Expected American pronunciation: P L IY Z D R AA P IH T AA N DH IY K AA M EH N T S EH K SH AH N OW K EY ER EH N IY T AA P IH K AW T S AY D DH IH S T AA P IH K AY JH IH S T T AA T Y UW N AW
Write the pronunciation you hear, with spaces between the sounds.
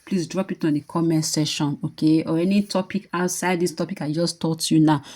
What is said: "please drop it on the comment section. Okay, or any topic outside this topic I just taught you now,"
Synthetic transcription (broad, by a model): P L IY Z D R AA P IH T AA N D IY K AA M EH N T S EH SH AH N OW K EY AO EH N IY T AA P IH K AW T S AY D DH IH S T AA P IH K AY JH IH S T T AA T Y UW N AW